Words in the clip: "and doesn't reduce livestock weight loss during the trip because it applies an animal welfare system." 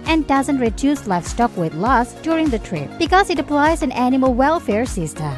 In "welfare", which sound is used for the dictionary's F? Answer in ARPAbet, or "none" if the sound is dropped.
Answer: F